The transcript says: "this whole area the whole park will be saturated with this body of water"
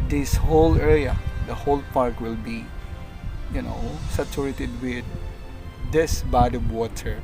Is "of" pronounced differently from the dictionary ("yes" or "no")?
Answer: yes